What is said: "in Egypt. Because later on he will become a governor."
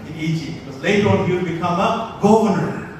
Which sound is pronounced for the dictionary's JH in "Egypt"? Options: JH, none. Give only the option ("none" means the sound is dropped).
none